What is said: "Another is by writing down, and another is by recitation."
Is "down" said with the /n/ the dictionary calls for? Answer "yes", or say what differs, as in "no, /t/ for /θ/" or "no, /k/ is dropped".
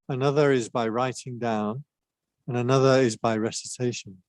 yes